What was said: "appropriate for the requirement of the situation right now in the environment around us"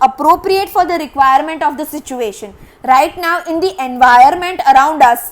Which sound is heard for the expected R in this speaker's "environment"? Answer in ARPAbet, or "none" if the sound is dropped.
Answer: none